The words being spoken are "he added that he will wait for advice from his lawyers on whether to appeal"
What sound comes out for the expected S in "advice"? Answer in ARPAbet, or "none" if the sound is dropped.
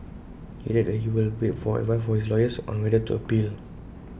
none